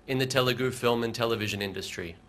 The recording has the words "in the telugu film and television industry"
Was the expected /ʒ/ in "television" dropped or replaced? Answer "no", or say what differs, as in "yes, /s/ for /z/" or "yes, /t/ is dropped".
no